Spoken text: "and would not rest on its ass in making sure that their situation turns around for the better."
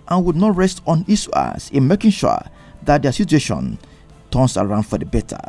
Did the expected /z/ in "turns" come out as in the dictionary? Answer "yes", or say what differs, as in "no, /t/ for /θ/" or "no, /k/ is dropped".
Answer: no, /s/ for /z/